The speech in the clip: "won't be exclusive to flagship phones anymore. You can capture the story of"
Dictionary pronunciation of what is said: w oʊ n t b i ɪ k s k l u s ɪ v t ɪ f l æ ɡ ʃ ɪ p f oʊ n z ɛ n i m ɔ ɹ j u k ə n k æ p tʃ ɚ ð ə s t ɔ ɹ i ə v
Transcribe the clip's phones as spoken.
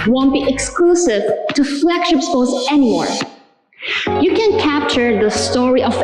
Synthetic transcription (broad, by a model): w oʊ n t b i ɪ k s k l u s ɪ v t ɪ f l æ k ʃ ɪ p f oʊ z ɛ n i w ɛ ɹ j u k ə n k æ p tʃ ɚ ð ə s t ɔ ɹ i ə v